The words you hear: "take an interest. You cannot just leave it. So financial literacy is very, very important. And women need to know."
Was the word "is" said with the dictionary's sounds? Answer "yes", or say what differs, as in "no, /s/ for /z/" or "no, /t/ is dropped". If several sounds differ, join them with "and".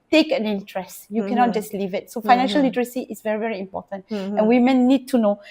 no, /s/ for /z/